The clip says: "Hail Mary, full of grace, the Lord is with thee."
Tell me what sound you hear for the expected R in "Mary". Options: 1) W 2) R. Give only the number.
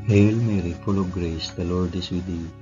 2